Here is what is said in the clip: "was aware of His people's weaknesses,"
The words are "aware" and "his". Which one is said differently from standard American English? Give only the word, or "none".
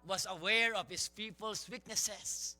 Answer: his